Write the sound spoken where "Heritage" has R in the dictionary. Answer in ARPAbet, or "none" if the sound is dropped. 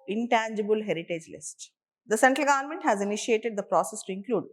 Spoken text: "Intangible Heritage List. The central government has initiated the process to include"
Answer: R